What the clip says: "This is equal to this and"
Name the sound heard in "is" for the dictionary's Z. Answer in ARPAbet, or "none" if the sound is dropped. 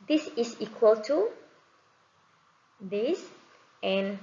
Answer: S